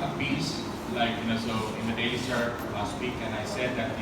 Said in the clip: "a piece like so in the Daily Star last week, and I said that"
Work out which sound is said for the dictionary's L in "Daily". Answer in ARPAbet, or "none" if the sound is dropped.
none